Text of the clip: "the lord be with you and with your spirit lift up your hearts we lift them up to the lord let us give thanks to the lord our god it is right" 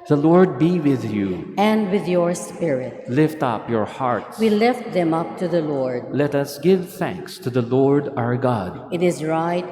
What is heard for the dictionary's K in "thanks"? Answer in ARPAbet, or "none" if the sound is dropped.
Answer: K